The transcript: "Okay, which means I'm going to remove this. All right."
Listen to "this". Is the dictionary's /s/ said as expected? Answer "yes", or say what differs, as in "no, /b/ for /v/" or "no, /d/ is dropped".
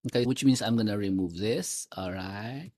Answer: yes